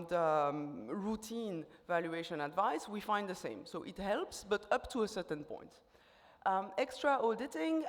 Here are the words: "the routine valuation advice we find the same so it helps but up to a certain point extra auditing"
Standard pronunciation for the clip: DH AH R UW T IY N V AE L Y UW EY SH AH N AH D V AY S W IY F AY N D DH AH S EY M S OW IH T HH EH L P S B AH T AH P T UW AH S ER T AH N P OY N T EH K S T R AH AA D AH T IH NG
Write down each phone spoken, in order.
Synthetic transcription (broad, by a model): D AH R UW T IY N V AE L Y UW EY SH AH N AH D V AY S W IY F AY N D DH AH S EY M S OW IH T HH EH L P S B AH T AH P T UW AH S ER T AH N P OY N T EH K S T R AH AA D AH T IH NG